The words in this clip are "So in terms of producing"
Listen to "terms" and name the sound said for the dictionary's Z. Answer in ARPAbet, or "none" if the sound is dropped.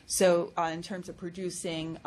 Z